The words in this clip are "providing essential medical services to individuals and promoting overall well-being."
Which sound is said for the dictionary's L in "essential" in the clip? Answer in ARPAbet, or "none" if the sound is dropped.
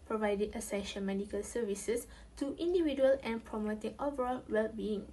N